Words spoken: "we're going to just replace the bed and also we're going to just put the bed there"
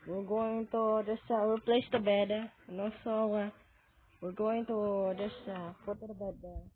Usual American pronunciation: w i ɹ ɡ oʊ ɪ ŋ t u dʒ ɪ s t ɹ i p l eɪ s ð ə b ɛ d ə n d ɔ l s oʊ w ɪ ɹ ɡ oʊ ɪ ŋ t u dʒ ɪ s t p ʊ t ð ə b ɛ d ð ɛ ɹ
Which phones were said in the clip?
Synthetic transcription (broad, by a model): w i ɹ ɡ oʊ ɪ ŋ t u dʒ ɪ s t ɹ i p l eɪ s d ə b ɛ d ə n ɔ s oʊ w ɪ ɹ ɡ oʊ ɪ ŋ t u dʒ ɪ s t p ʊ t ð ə b ɛ d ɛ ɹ